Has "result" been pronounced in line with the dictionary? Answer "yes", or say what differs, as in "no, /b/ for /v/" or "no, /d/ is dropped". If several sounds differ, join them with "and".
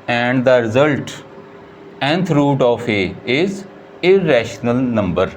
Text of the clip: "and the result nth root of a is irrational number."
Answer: yes